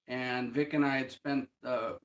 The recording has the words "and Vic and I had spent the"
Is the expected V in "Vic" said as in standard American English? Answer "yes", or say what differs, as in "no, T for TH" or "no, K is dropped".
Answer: yes